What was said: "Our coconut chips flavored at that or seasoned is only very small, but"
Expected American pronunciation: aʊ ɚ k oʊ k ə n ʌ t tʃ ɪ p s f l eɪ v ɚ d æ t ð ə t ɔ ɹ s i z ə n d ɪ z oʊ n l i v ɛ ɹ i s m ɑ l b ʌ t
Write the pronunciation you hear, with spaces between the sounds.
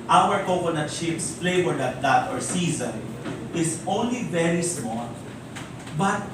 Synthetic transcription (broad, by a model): aʊ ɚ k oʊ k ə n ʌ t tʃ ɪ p s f l eɪ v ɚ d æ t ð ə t ɔ ɹ s i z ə n ɪ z oʊ n l i v ɛ ɹ i s m ɑ l b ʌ t